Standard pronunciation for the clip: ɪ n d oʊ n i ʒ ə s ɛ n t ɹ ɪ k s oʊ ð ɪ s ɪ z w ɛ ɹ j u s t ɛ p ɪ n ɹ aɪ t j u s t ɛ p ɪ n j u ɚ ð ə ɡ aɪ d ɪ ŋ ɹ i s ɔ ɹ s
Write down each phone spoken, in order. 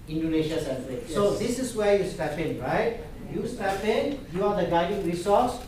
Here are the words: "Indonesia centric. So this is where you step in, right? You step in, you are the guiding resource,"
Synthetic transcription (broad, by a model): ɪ n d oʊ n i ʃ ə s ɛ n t ɪ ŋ s oʊ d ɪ s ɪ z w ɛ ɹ j u s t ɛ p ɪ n ɹ aɪ t j u s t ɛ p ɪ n j u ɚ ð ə ɡ aɪ d ɪ ŋ ɹ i s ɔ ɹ s